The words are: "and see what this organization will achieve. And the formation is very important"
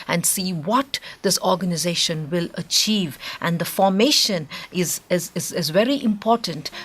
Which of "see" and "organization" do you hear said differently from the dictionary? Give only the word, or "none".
none